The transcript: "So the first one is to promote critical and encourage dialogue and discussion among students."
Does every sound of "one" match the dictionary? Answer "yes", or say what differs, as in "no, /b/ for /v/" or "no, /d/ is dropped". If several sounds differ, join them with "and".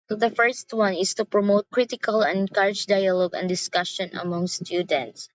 yes